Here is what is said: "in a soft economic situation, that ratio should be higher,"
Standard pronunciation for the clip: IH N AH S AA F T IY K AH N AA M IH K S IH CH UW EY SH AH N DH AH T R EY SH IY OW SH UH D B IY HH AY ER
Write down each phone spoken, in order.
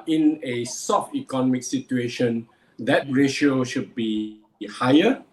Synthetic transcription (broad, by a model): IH N AH S AA F T IY K AH N AA M IH K S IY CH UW EY SH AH N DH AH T R EY SH IY OW SH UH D B IY HH AY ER